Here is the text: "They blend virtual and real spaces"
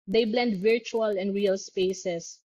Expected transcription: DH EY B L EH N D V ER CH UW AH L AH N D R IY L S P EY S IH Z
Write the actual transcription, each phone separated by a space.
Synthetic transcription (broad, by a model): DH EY B L EH N D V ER CH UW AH L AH N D R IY L S P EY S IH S